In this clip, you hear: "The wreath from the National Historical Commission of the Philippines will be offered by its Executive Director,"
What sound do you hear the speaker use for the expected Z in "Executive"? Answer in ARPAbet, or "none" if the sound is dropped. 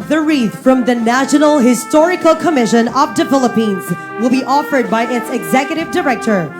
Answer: Z